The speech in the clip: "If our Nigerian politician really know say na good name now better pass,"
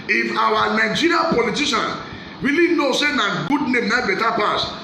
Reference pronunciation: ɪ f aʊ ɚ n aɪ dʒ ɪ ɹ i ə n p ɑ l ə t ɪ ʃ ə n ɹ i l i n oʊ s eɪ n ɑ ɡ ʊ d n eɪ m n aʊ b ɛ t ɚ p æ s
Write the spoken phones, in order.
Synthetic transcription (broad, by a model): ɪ f aʊ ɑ n aɪ dʒ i ɹ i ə p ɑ l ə t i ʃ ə n w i l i n oʊ s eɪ n ɑ ɡ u d n eɪ m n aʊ b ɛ t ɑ p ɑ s